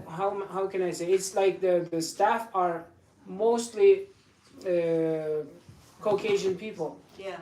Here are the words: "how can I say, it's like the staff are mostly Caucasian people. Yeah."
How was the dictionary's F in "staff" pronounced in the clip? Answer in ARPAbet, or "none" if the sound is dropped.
F